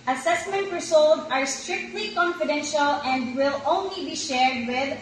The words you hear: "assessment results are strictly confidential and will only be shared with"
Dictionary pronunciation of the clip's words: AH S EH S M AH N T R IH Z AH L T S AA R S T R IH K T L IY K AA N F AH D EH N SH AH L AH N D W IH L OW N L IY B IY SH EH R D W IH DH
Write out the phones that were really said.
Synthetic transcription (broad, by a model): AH S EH S M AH N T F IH S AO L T AA R S T R IH K T L IY K AA N F AH D EH N SH AH L AH N D W IH L OW N L IY B IY SH EH R D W IH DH